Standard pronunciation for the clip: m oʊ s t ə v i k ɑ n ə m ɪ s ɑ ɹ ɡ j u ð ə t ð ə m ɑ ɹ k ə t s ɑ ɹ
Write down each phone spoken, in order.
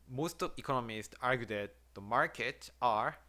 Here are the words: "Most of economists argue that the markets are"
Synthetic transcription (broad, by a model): m oʊ s t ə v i k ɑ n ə m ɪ s ɑ ɹ ɡ j u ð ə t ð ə m ɑ ɹ k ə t ɑ ɹ